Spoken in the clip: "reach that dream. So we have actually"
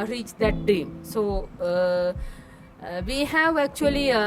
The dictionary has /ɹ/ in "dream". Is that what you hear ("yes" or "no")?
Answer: no